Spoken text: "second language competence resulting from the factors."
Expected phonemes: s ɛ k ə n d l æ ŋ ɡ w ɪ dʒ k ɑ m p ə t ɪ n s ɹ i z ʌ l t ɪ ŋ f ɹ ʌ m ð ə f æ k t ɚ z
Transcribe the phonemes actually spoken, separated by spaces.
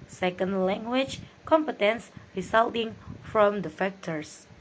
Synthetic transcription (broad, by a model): s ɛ k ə n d l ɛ ŋ ɡ w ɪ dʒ k ɑ m p ə t ɪ n s ɹ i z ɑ l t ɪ ŋ f ɹ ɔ m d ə f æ k t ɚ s